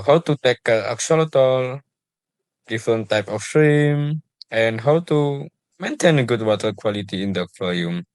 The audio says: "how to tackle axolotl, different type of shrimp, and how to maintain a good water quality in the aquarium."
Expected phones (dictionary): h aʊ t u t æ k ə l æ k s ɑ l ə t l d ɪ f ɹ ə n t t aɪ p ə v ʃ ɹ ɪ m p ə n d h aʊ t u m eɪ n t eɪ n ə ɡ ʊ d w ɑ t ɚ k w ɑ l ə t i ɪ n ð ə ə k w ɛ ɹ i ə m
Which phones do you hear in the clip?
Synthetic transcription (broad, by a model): h aʊ t u t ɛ k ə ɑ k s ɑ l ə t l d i f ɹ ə n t t aɪ p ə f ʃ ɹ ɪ m ə n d h aʊ t u m eɪ n t eɪ n ə ɡ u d w ɑ t ɚ k w ɑ l ə t i ɪ n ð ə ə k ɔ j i m